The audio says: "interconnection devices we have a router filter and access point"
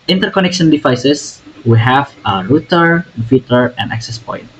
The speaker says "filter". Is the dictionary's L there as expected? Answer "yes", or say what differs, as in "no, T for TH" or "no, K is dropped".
no, L is dropped